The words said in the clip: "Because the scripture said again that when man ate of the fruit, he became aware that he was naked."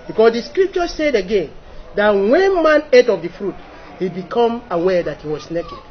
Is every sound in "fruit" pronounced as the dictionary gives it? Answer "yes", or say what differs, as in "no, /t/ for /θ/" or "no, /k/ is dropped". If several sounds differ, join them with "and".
yes